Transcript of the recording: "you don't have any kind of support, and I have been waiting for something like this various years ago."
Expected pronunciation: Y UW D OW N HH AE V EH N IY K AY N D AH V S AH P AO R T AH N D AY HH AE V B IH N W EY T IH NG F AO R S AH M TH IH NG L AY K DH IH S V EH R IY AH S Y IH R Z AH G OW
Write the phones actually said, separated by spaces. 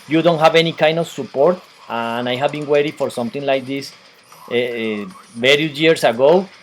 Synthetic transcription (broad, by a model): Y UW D OW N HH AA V EH N IY K AY N D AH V S AH P AO R T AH N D AY HH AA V B IH N W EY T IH F AO R S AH M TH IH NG L AY K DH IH S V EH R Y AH Y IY R S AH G OW